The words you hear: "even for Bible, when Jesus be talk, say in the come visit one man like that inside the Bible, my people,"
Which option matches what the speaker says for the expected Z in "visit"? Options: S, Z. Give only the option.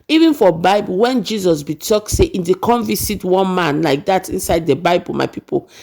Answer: S